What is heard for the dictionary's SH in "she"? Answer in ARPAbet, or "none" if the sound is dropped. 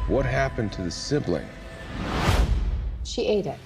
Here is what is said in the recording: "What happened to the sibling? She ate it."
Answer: SH